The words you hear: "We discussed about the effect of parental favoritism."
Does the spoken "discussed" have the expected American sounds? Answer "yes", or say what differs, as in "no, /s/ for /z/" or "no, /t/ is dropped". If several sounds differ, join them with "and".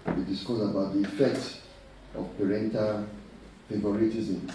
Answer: no, /t/ is dropped